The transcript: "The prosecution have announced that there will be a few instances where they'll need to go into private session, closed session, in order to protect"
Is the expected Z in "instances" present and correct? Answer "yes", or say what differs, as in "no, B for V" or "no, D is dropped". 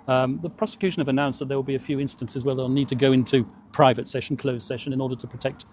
yes